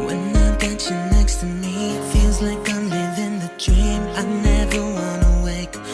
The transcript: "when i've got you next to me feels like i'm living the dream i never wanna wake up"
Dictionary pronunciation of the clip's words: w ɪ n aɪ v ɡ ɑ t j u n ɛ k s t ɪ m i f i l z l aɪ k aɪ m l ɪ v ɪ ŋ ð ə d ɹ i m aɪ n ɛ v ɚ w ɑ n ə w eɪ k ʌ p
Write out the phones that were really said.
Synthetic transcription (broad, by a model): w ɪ n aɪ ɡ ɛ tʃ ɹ n ɛ k s t ɪ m i f i l z l aɪ k aɪ m l ɪ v ɪ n ð ə d ɹ i m aɪ n ɛ v ɚ w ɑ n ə w eɪ k